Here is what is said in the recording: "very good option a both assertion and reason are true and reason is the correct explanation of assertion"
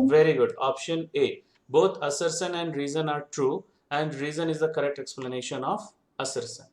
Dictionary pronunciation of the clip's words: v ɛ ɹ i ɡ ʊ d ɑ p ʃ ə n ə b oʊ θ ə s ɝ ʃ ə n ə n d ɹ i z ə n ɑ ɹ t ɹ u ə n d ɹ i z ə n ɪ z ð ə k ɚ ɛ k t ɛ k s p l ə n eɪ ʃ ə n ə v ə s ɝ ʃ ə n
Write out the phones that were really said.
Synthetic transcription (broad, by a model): v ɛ ɹ i ɡ ʊ d ɑ p ʃ ə n ə b oʊ t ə s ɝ s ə n ə n d ɹ i z ə n ɑ ɹ t ɹ u ə n d ɹ i z ə n ɪ z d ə k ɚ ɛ k t ɛ k s p l ə n eɪ ʃ ə n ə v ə s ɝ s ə n